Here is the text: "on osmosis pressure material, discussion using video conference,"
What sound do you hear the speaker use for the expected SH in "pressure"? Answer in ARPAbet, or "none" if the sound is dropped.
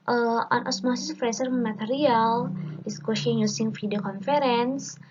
S